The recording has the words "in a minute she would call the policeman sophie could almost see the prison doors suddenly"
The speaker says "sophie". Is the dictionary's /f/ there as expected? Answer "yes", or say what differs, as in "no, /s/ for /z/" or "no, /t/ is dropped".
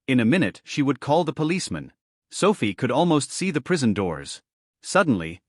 yes